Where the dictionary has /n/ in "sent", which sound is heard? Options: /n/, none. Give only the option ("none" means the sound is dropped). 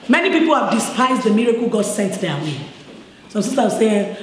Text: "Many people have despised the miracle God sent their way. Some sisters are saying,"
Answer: /n/